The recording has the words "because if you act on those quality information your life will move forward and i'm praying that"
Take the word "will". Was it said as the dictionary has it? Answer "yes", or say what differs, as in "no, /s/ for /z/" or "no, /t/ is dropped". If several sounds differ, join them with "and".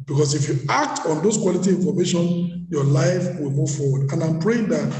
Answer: yes